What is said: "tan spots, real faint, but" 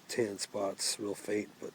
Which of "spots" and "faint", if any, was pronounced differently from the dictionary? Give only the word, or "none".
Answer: faint